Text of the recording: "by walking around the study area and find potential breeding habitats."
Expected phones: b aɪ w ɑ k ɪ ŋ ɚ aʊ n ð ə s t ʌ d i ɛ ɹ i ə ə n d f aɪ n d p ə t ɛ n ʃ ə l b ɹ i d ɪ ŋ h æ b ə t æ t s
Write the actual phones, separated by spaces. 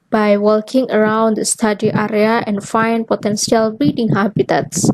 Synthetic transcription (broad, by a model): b aɪ w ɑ k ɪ ŋ ɚ aʊ n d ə s t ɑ d i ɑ ɹ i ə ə n f aɪ n p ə t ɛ n s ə l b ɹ i d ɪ ŋ h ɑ b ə t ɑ t s